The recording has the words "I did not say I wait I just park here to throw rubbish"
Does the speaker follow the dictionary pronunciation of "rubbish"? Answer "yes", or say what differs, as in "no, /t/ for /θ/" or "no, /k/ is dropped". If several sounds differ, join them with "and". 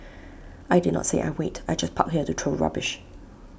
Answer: yes